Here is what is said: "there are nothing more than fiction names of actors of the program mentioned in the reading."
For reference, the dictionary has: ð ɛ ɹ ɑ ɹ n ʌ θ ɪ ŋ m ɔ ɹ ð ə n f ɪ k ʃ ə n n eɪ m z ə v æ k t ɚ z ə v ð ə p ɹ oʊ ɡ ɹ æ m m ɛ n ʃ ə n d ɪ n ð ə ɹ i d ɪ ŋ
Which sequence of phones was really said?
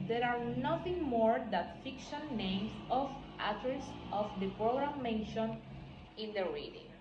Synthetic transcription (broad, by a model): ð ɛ ɹ ɑ ɹ n ʌ θ ɪ ŋ m ɔ ɹ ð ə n f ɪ k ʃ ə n n eɪ m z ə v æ t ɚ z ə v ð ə p ɹ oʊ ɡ ɹ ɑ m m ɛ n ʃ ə n ɪ n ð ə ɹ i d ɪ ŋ